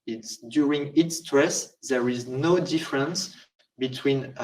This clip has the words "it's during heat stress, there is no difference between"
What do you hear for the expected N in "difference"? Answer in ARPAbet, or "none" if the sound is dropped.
N